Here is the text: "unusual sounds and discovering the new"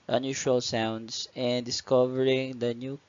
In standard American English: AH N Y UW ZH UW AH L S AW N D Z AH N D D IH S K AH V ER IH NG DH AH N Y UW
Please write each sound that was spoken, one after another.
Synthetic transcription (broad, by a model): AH N Y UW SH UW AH L S AW N D S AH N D D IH S K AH V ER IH NG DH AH N Y UW